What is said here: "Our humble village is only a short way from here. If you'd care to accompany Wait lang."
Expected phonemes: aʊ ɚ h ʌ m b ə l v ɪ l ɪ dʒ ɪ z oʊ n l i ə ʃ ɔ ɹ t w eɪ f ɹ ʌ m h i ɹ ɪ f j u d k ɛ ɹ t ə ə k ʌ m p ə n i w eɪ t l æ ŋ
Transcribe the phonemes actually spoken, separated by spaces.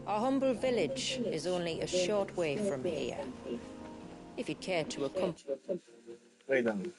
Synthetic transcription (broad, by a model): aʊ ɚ h ʌ m b ə l v ɪ l ɪ dʒ ɪ z oʊ n l i ə ʃ ɔ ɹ t w eɪ f ɹ ʌ m h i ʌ ɪ f j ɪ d k ɛ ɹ t ə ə k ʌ m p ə i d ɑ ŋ